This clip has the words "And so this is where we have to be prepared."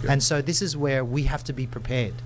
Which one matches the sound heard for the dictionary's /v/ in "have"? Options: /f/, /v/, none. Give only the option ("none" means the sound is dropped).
/f/